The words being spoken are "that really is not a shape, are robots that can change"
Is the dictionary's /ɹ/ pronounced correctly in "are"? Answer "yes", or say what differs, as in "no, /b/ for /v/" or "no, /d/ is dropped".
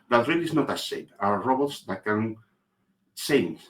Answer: no, /w/ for /ɹ/